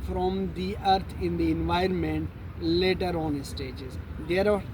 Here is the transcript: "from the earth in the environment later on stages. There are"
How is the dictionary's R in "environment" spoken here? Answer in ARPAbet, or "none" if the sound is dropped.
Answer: R